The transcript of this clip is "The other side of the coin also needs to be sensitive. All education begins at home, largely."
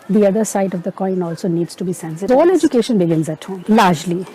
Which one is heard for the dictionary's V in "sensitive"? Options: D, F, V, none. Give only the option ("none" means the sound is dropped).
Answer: none